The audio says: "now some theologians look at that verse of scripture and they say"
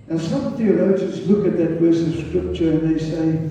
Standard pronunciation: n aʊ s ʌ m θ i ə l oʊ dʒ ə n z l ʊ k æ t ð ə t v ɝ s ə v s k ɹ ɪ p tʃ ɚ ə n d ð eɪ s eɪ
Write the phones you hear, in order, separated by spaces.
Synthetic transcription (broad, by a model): n s ʌ m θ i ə l oʊ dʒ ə n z l ʊ k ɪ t ð ə t w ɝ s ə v s k ɹ ɪ p tʃ ɚ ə n ð eɪ s eɪ